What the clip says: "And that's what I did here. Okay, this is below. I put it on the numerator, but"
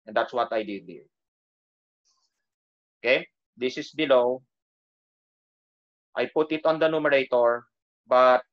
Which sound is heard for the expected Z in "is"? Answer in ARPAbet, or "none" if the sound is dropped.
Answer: S